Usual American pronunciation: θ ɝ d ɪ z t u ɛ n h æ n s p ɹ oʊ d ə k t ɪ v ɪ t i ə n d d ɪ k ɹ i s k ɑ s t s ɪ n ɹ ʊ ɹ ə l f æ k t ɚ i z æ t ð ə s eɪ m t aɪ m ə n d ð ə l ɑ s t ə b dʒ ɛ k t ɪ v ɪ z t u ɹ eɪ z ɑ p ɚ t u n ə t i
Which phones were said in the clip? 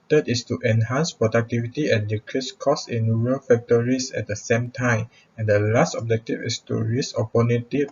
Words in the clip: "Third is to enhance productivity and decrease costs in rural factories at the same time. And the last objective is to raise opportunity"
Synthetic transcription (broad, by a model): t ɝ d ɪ s t u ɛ n h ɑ n s p ɹ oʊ d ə k t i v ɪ t i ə n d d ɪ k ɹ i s k ɑ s s ɪ n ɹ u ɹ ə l f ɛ k t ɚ i s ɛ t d ə s eɪ m t aɪ m ə n d ə l ɑ s t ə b dʒ ɛ k t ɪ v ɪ s t u ɹ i s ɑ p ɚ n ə t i